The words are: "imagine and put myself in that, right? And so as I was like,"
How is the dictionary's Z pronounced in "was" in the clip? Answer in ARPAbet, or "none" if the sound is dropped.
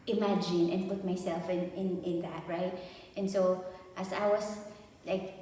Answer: S